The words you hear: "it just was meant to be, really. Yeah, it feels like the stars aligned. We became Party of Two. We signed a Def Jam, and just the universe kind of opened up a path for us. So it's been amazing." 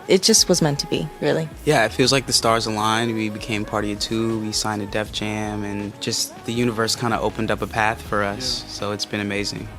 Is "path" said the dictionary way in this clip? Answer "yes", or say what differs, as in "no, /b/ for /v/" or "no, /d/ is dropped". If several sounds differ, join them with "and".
yes